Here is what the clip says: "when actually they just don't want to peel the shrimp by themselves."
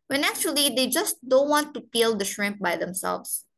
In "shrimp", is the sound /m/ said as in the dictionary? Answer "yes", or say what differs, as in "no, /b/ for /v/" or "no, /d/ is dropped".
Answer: yes